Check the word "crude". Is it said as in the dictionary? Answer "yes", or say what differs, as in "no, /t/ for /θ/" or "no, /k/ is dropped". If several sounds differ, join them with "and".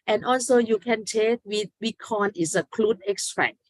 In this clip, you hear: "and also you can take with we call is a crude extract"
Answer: no, /l/ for /ɹ/